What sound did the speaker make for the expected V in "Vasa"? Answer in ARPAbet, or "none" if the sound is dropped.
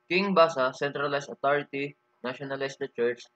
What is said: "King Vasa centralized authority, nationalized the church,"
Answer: B